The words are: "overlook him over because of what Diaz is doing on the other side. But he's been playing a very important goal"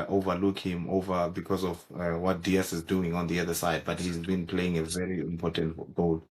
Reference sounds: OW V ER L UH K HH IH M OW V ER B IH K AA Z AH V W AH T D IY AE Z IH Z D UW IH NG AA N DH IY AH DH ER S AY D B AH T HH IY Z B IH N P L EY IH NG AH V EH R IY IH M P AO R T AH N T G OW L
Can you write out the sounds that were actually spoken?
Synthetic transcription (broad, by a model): OW V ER L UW K HH IH M OW V ER B IH K AA Z AH V W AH T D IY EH S IH Z D UW IH NG AA N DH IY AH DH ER S AY D B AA T HH IY Z B IH N P L EY IH NG AH V EH R IY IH M P AO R T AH N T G OW L